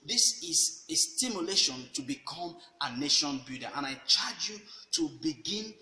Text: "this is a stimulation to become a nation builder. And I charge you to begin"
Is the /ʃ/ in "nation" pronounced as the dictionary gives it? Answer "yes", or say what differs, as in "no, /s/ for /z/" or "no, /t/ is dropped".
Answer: yes